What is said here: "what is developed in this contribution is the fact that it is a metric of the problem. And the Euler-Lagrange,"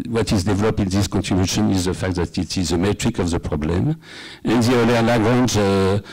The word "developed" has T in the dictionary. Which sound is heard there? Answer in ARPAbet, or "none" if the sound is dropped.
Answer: none